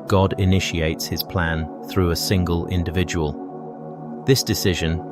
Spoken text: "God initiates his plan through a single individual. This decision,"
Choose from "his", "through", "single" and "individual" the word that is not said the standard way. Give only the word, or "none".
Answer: none